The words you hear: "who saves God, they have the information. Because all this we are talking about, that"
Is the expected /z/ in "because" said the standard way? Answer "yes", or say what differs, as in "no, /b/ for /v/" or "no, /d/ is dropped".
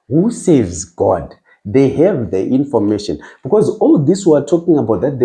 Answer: yes